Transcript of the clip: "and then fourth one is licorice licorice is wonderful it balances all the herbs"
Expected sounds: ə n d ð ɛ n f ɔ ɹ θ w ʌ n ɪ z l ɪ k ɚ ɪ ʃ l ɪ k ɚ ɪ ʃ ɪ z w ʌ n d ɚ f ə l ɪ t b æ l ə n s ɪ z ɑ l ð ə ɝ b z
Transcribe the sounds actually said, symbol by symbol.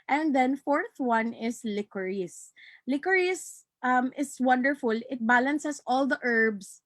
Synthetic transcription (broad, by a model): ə n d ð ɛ n f ɔ ɹ θ w ʌ n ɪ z l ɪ k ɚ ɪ s l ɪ k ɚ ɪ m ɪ s w ʌ n d ɚ f ə l ɪ t b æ l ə n s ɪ s ɑ l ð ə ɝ b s